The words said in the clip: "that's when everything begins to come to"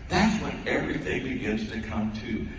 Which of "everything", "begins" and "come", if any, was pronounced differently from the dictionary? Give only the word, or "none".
none